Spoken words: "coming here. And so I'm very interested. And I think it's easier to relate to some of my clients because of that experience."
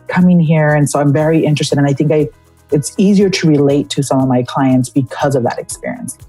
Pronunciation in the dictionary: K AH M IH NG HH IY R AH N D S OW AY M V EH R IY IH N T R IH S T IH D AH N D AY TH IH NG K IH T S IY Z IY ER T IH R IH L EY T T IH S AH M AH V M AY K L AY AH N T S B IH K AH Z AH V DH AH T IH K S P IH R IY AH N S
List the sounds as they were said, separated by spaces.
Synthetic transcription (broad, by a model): K AH M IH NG HH IY R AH N S OW AY M V EH R IY IH N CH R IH S T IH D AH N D AY TH IH NG K IH T S IY Z IY ER T IH R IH L EY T T IH S AH M AH V M AY K L AY AH N T S B IH K AH Z AH V DH AH T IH K S P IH R IY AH N S